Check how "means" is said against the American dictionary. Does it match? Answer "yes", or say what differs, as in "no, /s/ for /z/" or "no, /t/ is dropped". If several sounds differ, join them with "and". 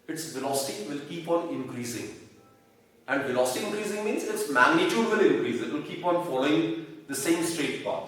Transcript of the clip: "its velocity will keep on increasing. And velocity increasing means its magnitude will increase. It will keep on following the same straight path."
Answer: yes